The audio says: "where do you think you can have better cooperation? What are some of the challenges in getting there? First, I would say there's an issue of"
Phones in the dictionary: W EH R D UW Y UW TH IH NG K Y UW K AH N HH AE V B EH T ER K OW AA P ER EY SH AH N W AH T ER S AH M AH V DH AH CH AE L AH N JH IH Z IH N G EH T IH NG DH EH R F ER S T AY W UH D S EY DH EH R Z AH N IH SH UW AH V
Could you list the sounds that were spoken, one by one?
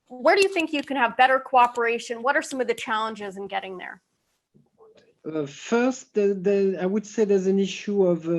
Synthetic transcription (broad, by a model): W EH R D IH Y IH TH IH NG K Y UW K AH N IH V B EH T ER K OW AA P ER EY SH AH N W AH T ER S AH M AH V DH AH CH AE L AH N JH IH Z IH N G EH T IH NG DH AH R F ER S T AY W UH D S EY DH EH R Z AH N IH SH UW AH V